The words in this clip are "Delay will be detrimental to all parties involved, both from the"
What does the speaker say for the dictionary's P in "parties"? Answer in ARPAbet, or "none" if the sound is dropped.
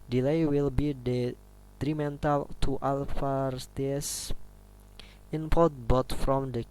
F